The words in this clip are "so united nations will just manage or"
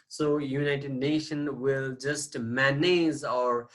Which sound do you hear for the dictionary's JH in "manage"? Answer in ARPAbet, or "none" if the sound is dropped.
Z